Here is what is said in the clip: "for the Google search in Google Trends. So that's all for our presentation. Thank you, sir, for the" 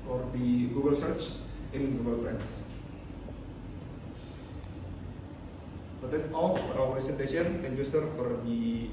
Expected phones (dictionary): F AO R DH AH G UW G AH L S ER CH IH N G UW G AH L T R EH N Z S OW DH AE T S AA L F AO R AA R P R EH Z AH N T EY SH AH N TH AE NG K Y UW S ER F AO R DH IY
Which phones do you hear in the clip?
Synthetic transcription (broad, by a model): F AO R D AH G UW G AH L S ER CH IH N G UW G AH L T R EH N S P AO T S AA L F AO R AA W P R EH S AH N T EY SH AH N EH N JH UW S ER F AO R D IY